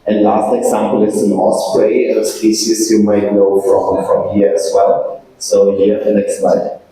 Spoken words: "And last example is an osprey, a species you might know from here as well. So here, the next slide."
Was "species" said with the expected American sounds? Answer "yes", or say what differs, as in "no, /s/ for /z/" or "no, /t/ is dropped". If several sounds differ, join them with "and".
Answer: no, /s/ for /ʃ/